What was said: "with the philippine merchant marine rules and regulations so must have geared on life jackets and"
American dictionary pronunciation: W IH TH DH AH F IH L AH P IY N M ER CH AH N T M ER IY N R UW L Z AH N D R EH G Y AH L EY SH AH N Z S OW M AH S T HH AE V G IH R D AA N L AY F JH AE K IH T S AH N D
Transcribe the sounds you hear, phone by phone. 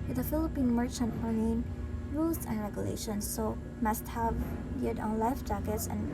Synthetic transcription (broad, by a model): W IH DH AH F IH L AH P IY N M ER CH AH N T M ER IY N R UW L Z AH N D R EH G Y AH L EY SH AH N S OW M AH S T HH AE V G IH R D AA N L AY F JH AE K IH T S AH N